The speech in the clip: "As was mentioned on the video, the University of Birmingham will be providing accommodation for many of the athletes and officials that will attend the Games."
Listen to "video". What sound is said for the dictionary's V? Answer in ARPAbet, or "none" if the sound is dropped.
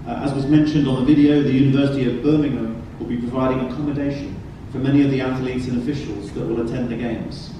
V